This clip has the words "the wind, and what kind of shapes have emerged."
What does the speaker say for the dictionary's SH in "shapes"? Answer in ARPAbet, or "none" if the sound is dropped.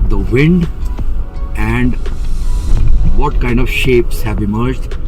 SH